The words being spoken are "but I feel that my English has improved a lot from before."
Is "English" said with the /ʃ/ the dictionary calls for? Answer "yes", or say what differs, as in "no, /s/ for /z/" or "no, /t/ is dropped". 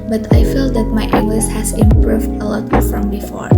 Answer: no, /s/ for /ʃ/